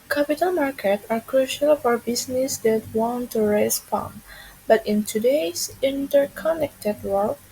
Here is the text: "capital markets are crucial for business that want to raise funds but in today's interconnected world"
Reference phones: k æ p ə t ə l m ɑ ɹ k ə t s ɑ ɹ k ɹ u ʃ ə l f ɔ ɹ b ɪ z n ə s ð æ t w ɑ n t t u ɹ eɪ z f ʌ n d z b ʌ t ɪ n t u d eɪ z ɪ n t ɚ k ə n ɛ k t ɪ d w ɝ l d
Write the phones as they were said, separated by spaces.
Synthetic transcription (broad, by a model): k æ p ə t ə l m ɑ ɹ k ə t s ɑ ɹ k ɹ u ʃ ə l f ɔ ɹ b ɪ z n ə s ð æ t w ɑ n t t u ɹ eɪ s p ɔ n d b ʌ t ɪ n t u d eɪ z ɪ n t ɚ k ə n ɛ k t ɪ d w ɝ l